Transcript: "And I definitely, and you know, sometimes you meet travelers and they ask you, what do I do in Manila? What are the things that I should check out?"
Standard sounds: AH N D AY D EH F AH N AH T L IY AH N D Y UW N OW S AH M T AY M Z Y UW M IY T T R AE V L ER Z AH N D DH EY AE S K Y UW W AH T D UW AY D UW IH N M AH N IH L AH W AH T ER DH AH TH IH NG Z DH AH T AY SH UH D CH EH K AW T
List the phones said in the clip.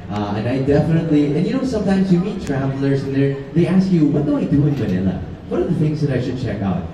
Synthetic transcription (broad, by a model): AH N AY D EH F AH N AH T L IY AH N Y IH N OW S AH M T AY M Z Y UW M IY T T R AE V L ER Z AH N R DH EY AE S K Y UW W AH T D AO AY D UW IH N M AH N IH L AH W AH T ER DH AH TH IH NG Z DH AH T AY SH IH D CH EH K AW T